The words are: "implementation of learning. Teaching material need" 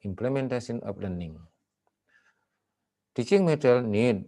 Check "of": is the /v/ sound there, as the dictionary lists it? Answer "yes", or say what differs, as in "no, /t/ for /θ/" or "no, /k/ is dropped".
no, /p/ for /v/